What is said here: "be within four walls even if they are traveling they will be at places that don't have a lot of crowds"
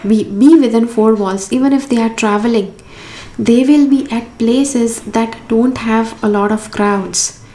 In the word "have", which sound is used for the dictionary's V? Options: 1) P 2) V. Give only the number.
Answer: 2